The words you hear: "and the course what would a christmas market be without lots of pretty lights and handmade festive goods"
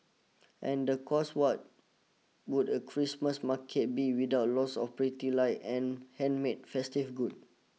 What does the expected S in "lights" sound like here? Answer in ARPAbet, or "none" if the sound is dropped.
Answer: none